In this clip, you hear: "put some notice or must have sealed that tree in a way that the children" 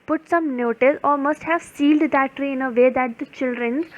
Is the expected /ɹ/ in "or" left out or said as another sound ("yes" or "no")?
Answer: yes